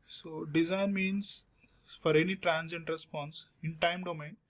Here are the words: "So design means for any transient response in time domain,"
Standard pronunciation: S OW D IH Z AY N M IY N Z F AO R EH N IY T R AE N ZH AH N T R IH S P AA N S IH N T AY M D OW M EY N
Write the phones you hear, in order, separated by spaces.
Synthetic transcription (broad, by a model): S OW D IH Z AY N M IY N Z F AO R EH N IY T R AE N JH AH N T R IH S P AA N S IH N T AY M D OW M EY N